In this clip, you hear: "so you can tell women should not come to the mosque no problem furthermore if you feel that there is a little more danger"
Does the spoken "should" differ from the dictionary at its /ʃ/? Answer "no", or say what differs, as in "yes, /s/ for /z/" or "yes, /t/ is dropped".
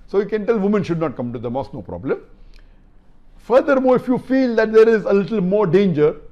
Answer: no